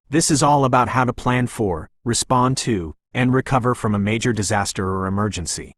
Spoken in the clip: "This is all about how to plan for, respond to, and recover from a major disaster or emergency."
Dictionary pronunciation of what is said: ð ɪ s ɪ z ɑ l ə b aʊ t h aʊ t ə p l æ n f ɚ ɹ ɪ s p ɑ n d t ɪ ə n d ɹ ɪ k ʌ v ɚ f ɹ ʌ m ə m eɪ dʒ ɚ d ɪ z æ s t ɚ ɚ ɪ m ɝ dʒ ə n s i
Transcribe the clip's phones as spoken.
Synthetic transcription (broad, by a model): ð ɪ s ɪ z ɑ l ə b aʊ t h aʊ t ə p l æ n f ɚ ɹ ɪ s p ɑ n t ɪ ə n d ɹ ɪ k ʌ v ɚ f ɹ ʌ m ə m eɪ dʒ ɚ d ɪ z æ s t ɚ ɚ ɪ m ɝ dʒ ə n s i